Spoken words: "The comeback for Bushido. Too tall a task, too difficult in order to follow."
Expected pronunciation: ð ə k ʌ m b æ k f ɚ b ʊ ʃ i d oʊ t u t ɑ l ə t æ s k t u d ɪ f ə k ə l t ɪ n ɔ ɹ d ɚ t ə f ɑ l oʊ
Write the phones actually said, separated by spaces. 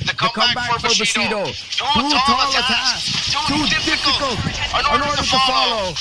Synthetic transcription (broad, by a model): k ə k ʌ m b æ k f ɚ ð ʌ s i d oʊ t u t ɑ l ə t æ k t u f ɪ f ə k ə l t ɪ n ɔ ɹ d ɚ t ə f ɑ l oʊ